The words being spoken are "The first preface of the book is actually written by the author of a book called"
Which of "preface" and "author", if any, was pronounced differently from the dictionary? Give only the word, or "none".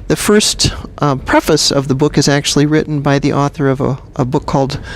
none